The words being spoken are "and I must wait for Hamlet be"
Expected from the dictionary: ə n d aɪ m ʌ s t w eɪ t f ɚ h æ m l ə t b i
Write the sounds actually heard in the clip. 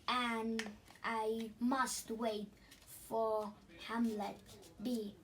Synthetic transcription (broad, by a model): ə n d aɪ m ʌ s t w eɪ t f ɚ h æ m l ə t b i